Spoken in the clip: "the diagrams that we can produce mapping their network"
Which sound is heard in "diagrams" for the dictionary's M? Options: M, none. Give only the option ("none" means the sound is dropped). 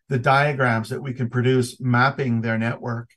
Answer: M